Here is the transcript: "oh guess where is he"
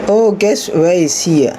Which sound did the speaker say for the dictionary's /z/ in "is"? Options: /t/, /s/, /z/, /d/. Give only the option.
/s/